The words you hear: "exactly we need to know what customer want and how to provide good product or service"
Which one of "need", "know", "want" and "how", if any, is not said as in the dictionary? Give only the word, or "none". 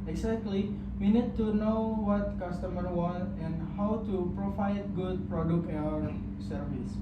want